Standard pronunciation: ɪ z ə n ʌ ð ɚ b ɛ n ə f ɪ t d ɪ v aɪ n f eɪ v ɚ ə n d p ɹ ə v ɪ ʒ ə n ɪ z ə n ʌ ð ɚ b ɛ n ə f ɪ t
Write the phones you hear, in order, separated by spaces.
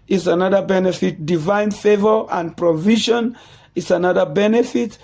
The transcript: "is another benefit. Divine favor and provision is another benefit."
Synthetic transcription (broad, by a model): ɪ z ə n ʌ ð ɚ b ɛ n ə f ɪ t d ɪ v aɪ n f eɪ v ɚ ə n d p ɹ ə v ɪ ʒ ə n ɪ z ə n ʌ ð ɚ b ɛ n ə f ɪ t